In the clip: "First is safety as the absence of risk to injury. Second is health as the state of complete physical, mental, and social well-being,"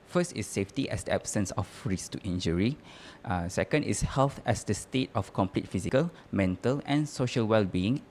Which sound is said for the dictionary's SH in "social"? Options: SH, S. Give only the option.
SH